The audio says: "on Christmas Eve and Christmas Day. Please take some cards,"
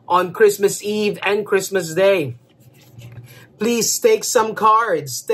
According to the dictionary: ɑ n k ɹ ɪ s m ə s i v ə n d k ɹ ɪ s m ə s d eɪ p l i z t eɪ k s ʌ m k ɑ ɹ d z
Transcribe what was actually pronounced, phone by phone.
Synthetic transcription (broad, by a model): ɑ n k ɹ ɪ s m ə s i v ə n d k ɹ ɪ s m ə s d eɪ p l i z t eɪ k s ʌ m k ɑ ɹ d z